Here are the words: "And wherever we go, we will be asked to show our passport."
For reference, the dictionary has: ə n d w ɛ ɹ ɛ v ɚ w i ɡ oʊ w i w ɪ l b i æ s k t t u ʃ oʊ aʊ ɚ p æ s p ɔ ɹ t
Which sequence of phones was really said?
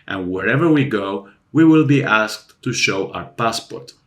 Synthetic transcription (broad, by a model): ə n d w ɛ ɹ ɛ v ɚ w i ɡ oʊ w i w ɪ l b i æ s k t t u ʃ oʊ aʊ ɚ p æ s p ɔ ɹ t